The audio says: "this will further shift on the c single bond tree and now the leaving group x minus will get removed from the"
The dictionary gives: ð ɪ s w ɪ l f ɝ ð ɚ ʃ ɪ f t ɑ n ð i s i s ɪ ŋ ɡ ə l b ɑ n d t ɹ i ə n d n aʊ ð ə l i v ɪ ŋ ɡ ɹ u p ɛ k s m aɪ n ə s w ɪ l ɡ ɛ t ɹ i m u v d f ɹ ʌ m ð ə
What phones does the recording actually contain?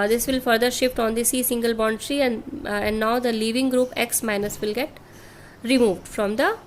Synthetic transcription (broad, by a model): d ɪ s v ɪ l f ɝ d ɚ ʃ ɪ f t ɑ n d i s i s ɪ ŋ ɡ ə l b ɑ n d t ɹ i ə n d n aʊ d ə l i v ɪ ŋ ɡ ɹ u p ɛ k s m aɪ n ə s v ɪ l ɡ ɛ t ɹ i m u v d f ɹ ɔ m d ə